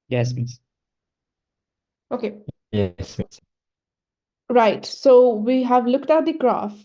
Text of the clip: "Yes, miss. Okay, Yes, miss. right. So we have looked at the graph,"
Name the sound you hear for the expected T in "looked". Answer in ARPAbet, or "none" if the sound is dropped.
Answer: T